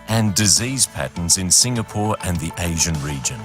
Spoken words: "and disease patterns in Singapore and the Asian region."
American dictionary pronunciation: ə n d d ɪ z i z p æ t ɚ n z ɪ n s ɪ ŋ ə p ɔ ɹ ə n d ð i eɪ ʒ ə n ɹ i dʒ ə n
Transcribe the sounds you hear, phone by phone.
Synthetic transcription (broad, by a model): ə n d d ɪ z i z p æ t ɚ n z ɪ n s ɪ ŋ ə p ɔ ɹ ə n ð i eɪ ʒ ə n ɹ i dʒ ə n